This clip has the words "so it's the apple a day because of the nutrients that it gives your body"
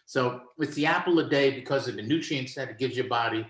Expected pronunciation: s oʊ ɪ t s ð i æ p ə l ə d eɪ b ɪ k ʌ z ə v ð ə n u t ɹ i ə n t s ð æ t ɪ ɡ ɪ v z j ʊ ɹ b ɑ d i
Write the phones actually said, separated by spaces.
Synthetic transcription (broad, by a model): s oʊ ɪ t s ð i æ p l ə d eɪ b ɪ k ʌ z ə v ð ə n u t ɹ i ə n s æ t ɪ ɡ ɪ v j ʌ ɹ b ɑ d i